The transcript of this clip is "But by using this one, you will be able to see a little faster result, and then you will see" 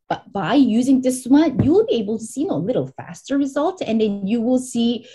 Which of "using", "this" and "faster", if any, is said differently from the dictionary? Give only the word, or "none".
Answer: none